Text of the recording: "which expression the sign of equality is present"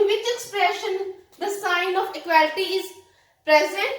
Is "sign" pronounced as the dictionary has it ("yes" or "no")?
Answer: yes